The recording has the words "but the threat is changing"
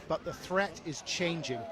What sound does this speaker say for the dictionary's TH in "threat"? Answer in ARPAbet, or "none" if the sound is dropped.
TH